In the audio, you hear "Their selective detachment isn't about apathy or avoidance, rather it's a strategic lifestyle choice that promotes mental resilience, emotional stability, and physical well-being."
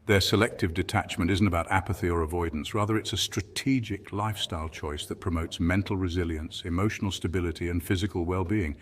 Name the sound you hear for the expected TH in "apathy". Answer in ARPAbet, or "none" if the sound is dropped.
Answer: TH